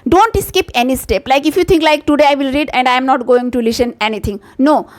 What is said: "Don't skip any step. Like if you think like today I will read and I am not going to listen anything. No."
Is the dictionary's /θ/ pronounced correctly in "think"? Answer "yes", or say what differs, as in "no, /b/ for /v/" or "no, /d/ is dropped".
no, /t/ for /θ/